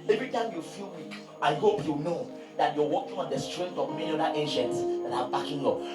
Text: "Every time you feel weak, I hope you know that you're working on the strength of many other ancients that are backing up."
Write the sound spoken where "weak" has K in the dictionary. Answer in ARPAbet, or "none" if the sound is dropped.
none